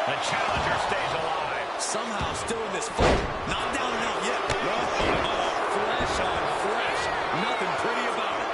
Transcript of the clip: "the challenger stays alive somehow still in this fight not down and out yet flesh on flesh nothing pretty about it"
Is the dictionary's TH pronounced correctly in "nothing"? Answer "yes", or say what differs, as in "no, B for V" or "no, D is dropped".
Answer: yes